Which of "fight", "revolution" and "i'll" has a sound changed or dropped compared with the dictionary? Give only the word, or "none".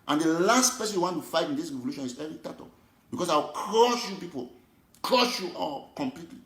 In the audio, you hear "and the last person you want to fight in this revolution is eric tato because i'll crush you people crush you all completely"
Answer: i'll